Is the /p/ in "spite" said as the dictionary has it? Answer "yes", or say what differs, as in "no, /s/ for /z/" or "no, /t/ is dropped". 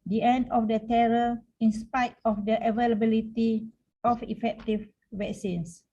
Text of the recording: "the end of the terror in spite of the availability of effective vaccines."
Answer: yes